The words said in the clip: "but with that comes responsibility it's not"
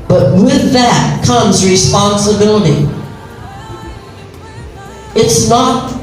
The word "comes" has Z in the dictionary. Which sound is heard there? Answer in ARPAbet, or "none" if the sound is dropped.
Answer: Z